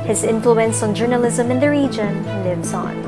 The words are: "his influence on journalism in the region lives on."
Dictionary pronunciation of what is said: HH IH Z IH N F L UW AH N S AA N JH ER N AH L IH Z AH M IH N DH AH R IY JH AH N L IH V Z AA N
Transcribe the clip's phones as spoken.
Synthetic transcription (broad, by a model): HH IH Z IH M F L UW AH N S N JH ER N AH L IH Z AH M IH N DH AH R IY JH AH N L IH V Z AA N